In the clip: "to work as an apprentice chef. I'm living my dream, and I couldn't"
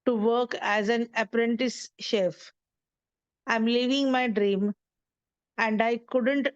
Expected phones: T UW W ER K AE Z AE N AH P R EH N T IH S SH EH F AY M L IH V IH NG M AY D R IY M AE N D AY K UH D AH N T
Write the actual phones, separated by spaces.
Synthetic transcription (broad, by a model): T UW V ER K AE Z AE N AH P R EH N T IH S SH EH F AY M L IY V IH NG M AY D R IY M AE N D AY K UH D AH N T